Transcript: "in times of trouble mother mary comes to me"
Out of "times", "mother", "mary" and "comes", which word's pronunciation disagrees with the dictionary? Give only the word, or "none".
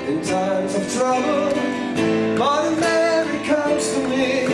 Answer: mother